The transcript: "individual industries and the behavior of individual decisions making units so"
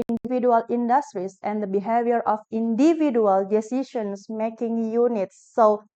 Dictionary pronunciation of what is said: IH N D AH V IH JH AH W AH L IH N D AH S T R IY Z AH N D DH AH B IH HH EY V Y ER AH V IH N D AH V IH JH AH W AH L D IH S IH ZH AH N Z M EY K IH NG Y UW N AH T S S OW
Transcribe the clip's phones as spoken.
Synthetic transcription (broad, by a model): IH N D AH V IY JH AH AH L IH N D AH S T R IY S AH N D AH B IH HH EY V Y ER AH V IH N D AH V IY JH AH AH L D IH S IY SH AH N S M EY K IH NG Y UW N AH T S S OW